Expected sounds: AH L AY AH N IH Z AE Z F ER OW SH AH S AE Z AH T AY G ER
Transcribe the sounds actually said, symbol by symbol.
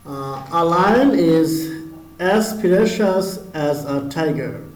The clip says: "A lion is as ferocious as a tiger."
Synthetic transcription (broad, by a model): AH L AY AH N IH Z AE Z P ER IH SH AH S AE Z AH T AY G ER